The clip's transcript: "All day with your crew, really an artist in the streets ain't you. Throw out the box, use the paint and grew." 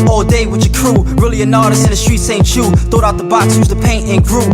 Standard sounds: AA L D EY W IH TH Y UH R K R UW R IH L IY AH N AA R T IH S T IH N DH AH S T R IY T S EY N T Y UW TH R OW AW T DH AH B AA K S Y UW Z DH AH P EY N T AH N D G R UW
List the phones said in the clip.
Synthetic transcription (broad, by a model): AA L D EY W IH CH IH K R UW R IH L IY AH N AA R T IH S IH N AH S T R IY T S EY N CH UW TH OW AW T DH AH B AA K S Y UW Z DH AH P EY N T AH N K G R UW